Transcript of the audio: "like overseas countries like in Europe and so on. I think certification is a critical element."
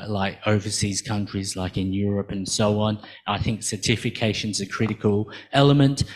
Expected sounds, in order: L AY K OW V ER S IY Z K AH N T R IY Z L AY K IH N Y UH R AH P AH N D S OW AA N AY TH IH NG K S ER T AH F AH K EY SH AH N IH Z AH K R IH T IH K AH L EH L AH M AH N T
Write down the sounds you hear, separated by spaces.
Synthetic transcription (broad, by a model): L AY K OW V ER S IY Z K AH N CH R IY Z L AY K IH N Y UH R AH P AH N S OW AA N AY TH IH NG K S ER T AH F AH K EY SH AH N Z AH K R IH T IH K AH L EH L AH M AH N T